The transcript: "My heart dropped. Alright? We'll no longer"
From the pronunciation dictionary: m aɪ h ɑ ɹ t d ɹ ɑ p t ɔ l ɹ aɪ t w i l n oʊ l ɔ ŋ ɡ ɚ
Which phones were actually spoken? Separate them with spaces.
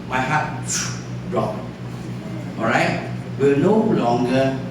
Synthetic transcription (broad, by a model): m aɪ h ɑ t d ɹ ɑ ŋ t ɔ ɹ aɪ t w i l n oʊ l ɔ ŋ ɡ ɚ